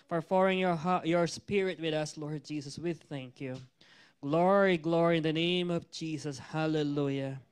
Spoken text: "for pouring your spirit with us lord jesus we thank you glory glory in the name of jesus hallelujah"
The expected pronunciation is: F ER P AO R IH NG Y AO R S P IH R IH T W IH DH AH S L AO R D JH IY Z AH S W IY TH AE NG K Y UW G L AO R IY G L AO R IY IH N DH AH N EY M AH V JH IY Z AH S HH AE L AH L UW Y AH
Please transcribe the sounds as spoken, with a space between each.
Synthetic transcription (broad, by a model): F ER F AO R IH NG Y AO R S P IH R IH T W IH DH AH S L AO R D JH IY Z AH S W IY TH AE NG K Y UW G L AO R IY G L AO R IY IH N DH AH N EY M AH V JH IY Z AH S HH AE L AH L UW Y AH